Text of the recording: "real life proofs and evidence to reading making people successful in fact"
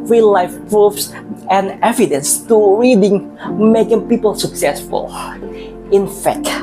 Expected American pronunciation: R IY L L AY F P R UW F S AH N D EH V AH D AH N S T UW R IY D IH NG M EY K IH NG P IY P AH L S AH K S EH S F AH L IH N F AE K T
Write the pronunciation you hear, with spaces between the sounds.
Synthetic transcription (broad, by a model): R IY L L AY F P R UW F S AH N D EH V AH D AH N S T UW R IY D IH NG M EY K IH NG P IY P AH L S AH K S EH S F AH L IH N F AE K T